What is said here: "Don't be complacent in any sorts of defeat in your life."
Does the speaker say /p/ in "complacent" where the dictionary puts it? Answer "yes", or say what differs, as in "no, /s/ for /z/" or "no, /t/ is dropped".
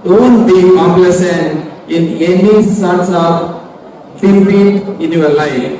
no, /p/ is dropped